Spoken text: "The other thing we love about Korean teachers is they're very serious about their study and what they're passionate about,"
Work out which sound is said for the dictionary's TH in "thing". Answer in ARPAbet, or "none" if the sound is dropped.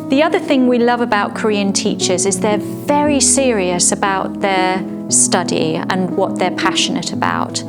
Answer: TH